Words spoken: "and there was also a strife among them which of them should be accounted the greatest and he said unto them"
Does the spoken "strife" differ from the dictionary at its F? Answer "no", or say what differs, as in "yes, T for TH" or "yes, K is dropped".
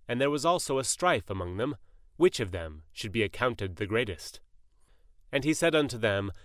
no